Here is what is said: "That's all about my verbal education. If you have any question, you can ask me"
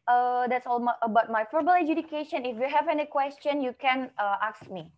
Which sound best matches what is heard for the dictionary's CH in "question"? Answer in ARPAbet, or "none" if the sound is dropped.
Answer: CH